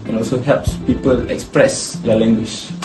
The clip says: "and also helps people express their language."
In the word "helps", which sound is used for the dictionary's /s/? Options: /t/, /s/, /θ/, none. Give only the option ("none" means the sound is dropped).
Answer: /s/